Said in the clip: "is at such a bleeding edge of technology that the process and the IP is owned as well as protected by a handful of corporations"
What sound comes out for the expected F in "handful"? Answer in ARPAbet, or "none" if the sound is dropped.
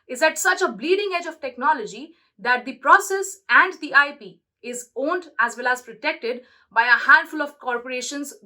F